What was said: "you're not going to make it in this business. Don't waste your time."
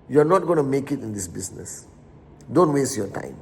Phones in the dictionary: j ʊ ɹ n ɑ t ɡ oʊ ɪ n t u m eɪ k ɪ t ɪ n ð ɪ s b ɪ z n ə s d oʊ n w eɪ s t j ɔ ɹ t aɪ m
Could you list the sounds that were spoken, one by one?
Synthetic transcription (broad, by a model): j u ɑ n ɑ t ɡ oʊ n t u m eɪ k ɪ t ɪ n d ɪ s b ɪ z n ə s d oʊ n w eɪ s t j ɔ t aɪ m